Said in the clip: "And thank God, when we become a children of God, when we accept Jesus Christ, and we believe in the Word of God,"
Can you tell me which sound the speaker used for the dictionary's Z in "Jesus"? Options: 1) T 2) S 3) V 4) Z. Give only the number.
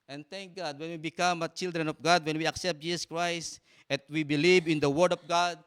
2